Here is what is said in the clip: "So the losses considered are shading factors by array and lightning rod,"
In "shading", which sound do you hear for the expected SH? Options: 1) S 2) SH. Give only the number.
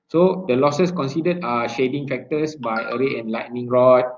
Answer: 2